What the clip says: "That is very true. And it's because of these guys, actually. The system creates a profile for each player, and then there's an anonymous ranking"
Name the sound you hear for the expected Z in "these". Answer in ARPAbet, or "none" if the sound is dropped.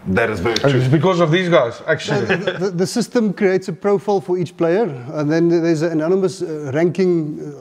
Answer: Z